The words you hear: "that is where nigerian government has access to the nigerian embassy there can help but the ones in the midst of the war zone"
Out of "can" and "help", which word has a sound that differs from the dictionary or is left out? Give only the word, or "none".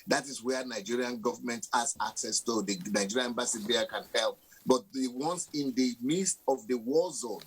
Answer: none